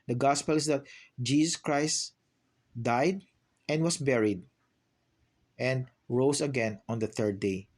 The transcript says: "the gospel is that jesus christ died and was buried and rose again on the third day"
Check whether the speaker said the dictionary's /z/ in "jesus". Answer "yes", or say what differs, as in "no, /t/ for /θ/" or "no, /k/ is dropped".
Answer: no, /s/ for /z/